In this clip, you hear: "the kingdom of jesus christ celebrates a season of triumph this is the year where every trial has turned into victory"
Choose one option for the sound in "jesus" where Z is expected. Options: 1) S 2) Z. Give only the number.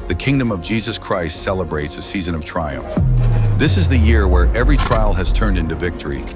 2